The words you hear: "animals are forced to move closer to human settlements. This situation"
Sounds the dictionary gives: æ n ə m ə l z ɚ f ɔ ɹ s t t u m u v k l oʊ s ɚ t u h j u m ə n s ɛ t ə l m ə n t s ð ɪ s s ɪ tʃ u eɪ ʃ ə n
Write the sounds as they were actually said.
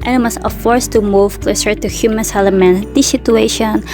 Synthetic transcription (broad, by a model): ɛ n m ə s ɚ f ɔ ɹ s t t u m u v k l oʊ s ɚ t u h j u m ə n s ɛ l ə m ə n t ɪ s s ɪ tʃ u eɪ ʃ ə n